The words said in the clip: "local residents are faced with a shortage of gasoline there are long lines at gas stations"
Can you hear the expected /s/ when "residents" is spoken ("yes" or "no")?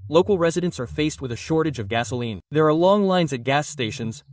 yes